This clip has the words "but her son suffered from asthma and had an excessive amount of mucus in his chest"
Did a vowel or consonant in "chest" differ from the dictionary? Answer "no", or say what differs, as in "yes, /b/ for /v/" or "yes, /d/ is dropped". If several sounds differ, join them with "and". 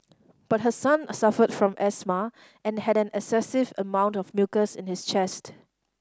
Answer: no